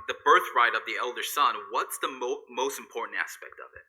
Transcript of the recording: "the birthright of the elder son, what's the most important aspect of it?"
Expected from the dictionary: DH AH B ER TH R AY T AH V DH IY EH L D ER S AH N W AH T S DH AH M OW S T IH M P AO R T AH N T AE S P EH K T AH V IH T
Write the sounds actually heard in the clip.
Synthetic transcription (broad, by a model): DH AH B ER TH R AY T AH V DH IY EH L D ER S AH N W AH T S DH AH M OW S T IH M P AO R T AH N T AE S P EH K T AH V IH T